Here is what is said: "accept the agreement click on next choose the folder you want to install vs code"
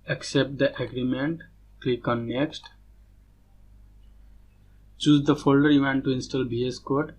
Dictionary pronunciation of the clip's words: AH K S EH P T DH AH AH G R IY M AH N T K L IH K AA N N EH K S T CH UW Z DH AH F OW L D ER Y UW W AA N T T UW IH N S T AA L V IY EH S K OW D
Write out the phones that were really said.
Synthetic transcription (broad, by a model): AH K S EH P T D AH AH G R IY M AH N T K L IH K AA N N EH K S T CH UW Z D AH F OW L D ER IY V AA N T T UW IH N S T AA L B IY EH S K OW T